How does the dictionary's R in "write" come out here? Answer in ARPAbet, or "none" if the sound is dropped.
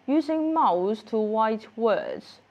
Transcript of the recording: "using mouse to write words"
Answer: W